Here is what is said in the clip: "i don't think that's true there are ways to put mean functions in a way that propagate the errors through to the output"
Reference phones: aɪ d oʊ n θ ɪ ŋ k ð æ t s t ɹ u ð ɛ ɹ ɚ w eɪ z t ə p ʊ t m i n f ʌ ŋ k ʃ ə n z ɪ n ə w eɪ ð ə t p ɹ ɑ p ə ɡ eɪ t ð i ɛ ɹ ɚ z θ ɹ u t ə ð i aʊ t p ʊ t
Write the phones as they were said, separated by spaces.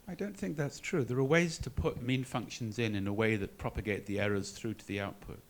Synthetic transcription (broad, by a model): aɪ d oʊ n θ ɪ ŋ k ð æ t s t ɹ u ð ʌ ɹ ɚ w eɪ z t ə p ʊ t m i n f ʌ ŋ k ʃ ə n z ɪ n ə w eɪ ð ə t p ɹ ɑ p ə ɡ eɪ t ð i ɛ ɹ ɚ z θ ɹ u t ə ð i aʊ t p ʊ t